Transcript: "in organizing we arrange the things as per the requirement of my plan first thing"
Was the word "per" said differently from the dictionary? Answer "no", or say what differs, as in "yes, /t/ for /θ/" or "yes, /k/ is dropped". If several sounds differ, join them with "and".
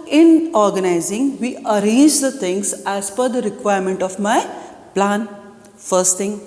yes, /f/ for /p/